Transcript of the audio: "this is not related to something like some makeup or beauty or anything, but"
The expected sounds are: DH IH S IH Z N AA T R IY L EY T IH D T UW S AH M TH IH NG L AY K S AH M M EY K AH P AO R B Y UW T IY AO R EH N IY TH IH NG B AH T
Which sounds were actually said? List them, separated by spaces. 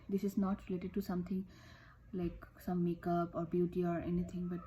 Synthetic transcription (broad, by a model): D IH S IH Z N AA T R IY L EY T IH D T UW S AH M T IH NG L AY K S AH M M EY K AH P AO R B Y UW T IY AO R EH N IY T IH NG B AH T